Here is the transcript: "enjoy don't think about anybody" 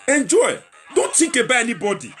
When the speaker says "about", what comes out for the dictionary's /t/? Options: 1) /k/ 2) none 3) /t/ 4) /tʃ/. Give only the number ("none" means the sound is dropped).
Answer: 2